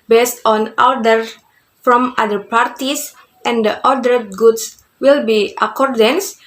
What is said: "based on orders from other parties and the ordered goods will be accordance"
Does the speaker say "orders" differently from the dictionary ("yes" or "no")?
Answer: yes